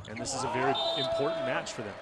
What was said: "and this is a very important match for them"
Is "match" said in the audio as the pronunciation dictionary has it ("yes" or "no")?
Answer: yes